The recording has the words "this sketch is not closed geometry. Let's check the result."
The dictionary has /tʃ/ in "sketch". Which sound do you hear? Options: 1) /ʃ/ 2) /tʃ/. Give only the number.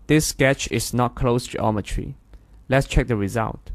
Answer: 2